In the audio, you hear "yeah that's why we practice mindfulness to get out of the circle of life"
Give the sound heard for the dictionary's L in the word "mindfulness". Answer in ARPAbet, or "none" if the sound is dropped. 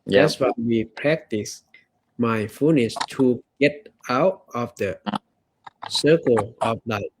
none